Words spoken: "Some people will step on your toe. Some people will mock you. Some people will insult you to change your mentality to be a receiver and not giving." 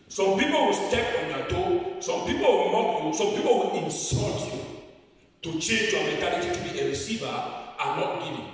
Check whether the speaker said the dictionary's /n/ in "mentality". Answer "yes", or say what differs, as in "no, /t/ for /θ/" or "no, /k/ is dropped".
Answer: no, /n/ is dropped